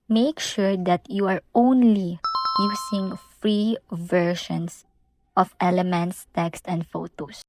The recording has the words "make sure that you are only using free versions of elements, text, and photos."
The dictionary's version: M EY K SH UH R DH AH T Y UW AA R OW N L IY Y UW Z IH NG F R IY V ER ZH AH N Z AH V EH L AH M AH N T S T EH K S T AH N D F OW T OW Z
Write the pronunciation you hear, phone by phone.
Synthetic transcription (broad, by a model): M EY K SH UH R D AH T Y UW AA R OW N L IY Y UW S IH NG F R IY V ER SH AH N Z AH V EH L AH M AH N T S T EH K S T AH N D F OW T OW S